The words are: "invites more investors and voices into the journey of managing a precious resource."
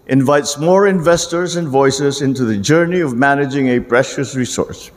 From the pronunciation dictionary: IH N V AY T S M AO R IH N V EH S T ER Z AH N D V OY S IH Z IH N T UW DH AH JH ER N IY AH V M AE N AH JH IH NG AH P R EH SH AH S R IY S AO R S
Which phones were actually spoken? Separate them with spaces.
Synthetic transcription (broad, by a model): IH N V AY T S M AO R IH N V EH S T ER Z AH N D V OY S IH Z IH N T UW DH AH JH ER N IY AH V M AE N AH JH IH NG AH P R EH SH AH S R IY S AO R S